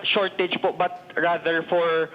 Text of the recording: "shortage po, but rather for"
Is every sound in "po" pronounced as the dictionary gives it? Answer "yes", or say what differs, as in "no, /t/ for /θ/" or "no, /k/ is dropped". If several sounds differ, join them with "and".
yes